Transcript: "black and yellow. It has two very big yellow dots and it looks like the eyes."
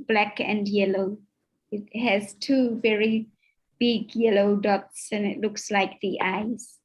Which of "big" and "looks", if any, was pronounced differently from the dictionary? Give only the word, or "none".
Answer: none